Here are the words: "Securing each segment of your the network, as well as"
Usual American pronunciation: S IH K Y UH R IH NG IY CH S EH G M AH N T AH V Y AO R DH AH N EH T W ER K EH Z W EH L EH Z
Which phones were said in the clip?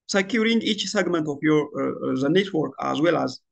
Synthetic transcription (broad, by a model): S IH K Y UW R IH NG IY CH S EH G M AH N T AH P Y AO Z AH N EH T W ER K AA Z W EH L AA Z